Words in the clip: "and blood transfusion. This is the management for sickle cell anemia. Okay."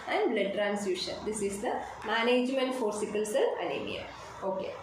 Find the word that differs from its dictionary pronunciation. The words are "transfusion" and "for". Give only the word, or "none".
transfusion